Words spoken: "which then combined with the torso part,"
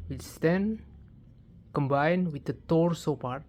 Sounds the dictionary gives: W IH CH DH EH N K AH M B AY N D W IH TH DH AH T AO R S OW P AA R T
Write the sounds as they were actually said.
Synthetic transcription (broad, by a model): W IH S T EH N K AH M B AY N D W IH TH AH T AO R S OW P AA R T